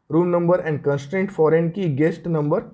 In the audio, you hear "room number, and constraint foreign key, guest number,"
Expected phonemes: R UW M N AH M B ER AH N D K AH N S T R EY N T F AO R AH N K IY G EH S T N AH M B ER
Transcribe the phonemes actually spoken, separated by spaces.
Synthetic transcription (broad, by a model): R UW M N AH M B ER AH N D K AH N S T R EY N T F AO R AH N K IY G EH S T N AH M B ER